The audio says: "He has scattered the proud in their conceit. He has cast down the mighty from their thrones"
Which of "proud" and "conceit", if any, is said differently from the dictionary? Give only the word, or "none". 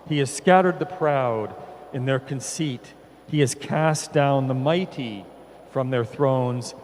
none